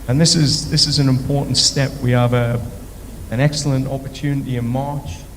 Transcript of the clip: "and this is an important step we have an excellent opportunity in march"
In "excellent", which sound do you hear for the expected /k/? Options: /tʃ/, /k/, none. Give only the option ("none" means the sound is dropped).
/k/